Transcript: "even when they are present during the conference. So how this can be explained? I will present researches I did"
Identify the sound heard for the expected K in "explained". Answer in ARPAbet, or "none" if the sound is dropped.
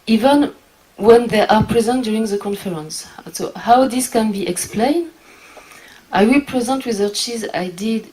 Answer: K